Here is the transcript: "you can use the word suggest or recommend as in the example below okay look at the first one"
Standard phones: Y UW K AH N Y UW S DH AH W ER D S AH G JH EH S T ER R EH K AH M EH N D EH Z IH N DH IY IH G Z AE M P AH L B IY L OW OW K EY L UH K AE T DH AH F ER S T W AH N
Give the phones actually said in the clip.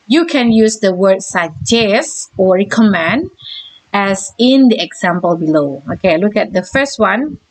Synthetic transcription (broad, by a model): Y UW K AH N Y UW S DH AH W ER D S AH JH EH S AO R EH K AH M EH N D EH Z IH N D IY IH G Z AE M P AH L B IY L OW OW K EY L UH K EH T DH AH F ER S T W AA N